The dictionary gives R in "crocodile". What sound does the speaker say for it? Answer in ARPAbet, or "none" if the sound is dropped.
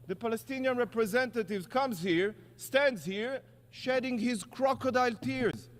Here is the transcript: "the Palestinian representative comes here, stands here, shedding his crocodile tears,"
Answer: R